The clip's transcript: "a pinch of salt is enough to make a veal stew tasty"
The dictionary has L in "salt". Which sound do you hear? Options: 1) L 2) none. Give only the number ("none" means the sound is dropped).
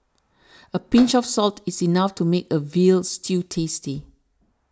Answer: 1